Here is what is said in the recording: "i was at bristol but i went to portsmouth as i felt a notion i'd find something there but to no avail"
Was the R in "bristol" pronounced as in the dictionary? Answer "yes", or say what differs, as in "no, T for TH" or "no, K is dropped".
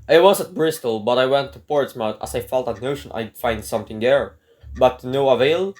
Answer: yes